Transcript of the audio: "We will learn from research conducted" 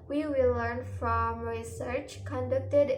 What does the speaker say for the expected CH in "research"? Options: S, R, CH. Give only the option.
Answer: CH